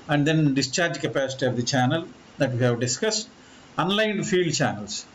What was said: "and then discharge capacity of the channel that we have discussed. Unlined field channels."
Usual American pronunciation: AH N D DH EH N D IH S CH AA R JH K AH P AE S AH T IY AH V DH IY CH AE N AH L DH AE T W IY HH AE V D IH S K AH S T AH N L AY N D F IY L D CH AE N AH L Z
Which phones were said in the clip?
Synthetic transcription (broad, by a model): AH N D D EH N D IH S CH AA R JH K AH P AE S AH T IY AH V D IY CH AE N AH L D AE T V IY HH AE V D IH S K AH S T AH N L AY N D F IY L D CH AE N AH L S